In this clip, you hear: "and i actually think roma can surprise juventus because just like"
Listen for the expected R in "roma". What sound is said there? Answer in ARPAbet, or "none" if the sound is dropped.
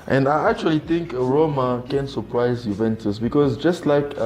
R